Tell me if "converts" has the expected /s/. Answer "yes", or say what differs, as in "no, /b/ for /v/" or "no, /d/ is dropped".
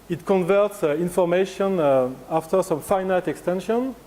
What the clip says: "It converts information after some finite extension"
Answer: yes